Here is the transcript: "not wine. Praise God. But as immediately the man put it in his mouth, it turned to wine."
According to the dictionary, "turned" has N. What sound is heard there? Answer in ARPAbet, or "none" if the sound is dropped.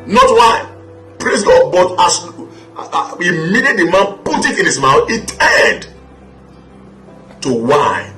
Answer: none